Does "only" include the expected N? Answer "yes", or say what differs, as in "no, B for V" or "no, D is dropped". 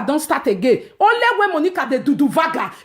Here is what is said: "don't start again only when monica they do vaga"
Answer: no, N is dropped